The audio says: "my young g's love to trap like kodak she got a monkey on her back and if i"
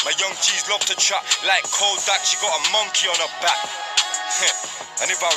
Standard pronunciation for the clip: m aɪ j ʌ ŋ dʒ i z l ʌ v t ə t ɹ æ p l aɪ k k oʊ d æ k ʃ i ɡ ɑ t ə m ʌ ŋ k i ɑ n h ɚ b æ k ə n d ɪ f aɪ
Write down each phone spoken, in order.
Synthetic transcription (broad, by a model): m aɪ j ʌ ŋ tʃ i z l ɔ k t ə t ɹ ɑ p l aɪ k k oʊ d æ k ʃ i ɡ ɑ t ə m ʌ ŋ k i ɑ n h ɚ b æ k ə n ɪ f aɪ